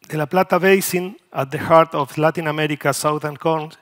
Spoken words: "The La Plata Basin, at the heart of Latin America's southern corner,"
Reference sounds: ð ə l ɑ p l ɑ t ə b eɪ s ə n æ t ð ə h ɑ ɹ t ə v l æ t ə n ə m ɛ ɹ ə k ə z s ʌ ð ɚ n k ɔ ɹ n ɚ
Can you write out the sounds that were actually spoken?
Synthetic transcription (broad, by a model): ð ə l ɑ p l ɑ t ə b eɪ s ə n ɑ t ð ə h ɑ ɹ t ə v l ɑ t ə n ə m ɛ ɹ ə k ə s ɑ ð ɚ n k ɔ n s